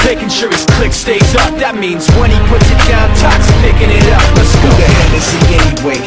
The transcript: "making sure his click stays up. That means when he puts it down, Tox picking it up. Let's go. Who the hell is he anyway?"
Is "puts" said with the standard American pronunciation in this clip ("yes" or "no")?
yes